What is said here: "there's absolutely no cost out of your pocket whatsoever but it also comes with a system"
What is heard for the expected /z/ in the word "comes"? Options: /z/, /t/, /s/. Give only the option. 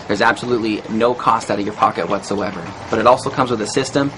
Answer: /z/